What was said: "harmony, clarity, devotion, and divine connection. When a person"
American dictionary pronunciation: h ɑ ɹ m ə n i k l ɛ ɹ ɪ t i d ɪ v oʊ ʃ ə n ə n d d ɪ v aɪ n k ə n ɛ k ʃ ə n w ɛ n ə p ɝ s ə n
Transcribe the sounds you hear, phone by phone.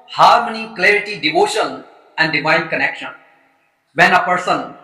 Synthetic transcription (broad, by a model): h ɑ ɹ m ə n i k l ɛ ɹ ɪ t i d ɪ v oʊ ʃ ə n ə n d d ɪ v aɪ n k ə n ɛ k ʃ ə n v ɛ n ə p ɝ s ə n